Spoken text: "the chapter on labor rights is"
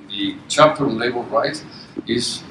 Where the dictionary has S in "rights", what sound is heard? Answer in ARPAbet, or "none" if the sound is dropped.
none